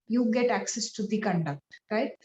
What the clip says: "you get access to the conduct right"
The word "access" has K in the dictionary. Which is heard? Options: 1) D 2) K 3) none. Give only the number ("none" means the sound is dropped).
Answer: 2